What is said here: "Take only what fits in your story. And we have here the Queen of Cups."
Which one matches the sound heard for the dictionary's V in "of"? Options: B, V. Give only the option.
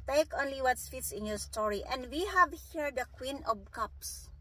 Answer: B